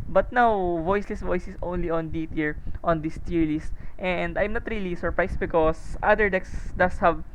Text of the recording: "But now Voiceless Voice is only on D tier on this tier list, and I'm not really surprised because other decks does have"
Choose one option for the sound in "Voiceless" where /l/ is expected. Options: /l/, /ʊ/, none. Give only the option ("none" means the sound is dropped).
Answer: /l/